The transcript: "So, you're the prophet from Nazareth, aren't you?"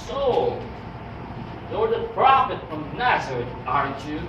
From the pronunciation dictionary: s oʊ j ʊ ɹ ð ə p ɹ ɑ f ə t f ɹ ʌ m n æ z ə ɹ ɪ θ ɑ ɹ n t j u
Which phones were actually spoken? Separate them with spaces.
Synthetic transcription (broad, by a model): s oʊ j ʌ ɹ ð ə p ɹ ɑ f ə t f ɹ ʌ m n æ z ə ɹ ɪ t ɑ ɹ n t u